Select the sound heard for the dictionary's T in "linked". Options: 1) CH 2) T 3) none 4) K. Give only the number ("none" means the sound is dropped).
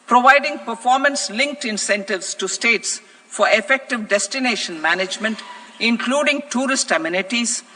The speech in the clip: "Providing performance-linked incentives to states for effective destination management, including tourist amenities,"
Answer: 2